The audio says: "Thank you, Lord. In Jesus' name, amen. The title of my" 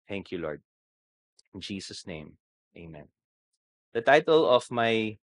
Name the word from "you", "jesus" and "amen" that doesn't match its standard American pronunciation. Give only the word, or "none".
jesus